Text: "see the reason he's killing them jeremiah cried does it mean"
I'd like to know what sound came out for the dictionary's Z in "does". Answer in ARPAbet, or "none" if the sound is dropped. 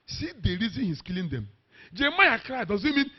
Z